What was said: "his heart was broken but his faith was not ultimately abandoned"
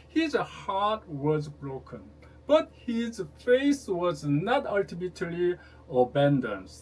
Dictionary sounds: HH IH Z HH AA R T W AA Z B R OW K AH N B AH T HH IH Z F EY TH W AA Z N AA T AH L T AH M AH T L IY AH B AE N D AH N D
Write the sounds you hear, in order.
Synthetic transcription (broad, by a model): HH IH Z HH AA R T W AA Z B R OW K AH N B AH T HH IH Z F EY S W AA Z N AA T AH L T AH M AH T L IY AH B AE N D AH N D